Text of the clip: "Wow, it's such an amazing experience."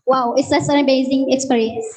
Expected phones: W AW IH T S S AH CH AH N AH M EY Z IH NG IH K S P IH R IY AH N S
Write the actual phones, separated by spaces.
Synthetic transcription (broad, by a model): W AW IH T S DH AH S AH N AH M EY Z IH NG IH K S P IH R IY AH N S